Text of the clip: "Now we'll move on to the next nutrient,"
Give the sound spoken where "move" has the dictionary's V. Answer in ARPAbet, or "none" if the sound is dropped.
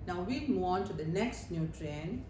none